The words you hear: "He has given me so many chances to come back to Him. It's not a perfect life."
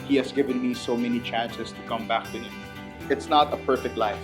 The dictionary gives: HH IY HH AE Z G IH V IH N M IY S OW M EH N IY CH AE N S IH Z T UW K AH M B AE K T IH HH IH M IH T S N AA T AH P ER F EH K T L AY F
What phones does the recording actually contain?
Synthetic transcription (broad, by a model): HH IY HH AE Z G IH V IH N M IY S OW M EH N IY CH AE N S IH S T UW K AH M B AE K T IH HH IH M IH T S N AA T AH P ER F EH K T L AY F